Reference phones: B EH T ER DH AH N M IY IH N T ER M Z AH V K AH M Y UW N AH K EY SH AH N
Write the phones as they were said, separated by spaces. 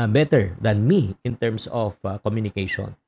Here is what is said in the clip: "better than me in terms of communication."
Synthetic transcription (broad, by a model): B EH T ER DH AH N M IY IH N T ER M S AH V K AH M Y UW N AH K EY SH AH N